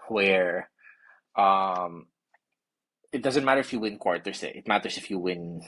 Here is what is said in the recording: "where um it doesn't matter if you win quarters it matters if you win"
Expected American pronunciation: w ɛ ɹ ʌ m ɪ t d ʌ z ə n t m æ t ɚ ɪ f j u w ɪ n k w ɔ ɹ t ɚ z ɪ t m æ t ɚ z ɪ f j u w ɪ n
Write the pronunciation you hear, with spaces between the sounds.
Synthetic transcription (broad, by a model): w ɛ ɹ ʌ m ɪ t d ʌ z ə n t m æ t ɚ ɪ f j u w ɪ n k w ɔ ɹ t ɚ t ɪ t m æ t ɚ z ɪ f j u w ɪ n